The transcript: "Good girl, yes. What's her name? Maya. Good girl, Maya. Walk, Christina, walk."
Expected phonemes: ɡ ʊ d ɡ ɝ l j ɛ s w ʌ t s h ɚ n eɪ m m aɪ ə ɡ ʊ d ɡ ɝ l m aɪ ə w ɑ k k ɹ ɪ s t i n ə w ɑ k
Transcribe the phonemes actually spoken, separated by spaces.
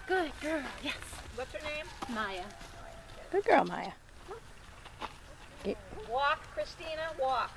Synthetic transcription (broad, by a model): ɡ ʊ d ɡ ɝ l j ɛ s w ʌ t s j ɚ n eɪ m m aɪ ə ɡ ʊ d ɡ ɝ l m aɪ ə w ɑ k k ɹ ɪ s t i n ə w ɑ k